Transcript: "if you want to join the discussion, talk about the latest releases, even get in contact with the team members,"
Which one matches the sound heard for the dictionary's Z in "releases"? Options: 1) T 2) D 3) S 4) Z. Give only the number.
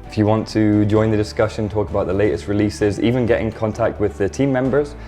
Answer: 4